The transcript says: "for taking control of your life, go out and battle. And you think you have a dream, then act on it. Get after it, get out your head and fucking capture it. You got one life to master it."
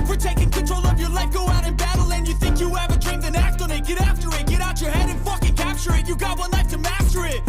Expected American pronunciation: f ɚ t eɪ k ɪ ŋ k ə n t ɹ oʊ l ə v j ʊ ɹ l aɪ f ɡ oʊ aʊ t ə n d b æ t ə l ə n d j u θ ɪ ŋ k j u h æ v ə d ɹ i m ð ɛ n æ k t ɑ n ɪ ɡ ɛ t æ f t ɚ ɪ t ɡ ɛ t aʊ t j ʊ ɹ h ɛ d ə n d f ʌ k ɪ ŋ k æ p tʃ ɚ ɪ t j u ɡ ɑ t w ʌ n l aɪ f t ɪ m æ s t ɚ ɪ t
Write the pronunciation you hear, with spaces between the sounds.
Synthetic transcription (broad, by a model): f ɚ t eɪ k ɪ ŋ k ə n t ɹ oʊ l ə v j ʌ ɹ l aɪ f ɡ oʊ aʊ t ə n b æ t l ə n j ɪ θ ɪ ŋ k j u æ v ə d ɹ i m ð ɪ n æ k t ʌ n ɪ ɡ ɛ t æ f t ɚ ɪ t ɡ ɛ t aʊ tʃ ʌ ɹ h ɛ d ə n f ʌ k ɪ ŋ k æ p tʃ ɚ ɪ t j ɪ ɡ ɑ t w ʌ n l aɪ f t ɪ m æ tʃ ɚ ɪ t